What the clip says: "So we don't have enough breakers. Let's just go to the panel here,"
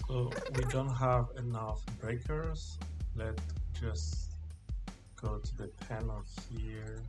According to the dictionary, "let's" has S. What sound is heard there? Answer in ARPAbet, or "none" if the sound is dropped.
none